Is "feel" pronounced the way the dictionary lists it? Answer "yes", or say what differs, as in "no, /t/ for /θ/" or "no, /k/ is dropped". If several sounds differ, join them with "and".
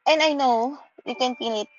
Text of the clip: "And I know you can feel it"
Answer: no, /n/ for /l/